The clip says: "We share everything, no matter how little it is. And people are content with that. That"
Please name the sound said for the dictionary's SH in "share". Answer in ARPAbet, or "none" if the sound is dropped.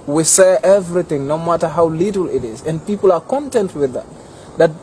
S